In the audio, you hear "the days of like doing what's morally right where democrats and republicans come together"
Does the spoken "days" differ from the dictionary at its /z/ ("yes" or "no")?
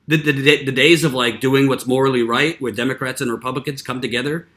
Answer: no